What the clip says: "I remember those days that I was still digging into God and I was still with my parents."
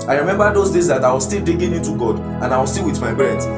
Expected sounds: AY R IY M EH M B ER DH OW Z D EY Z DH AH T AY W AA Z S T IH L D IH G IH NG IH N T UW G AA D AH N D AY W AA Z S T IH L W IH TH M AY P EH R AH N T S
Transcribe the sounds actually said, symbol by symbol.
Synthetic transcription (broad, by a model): AY R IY M EH M B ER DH OW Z D EY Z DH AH T AY W AA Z S T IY L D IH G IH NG IH N T UW G AA D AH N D AY W AA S T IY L W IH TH M AY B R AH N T